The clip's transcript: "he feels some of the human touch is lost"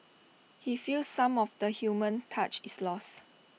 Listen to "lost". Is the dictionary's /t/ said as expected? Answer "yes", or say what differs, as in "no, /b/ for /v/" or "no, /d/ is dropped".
no, /t/ is dropped